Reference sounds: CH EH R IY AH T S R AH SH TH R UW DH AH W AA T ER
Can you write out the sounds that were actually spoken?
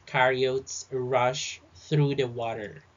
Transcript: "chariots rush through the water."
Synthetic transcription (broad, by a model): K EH R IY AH T S R AH SH TH R UW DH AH W AA T ER